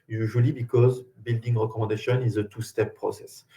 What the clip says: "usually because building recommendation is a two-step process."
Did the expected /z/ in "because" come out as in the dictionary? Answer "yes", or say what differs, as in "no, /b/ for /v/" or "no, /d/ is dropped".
yes